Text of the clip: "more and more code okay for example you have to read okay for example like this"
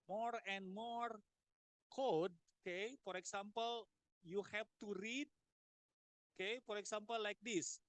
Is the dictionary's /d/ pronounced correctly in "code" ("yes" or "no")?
yes